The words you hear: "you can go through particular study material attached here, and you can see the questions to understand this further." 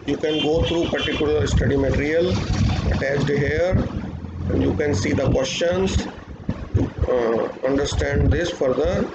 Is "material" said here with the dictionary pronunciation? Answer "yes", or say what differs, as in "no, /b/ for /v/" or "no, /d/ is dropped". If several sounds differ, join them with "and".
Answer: yes